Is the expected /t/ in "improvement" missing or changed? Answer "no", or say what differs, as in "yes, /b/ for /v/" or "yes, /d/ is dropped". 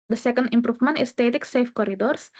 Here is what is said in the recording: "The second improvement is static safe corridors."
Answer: yes, /t/ is dropped